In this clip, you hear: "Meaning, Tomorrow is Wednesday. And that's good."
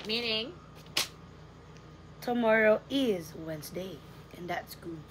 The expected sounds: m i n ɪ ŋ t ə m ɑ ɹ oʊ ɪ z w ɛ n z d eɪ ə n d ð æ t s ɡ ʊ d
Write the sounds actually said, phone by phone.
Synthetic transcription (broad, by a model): m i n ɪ ŋ t ə m ɑ ɹ oʊ ɪ z w ɛ n z d eɪ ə n ð æ t s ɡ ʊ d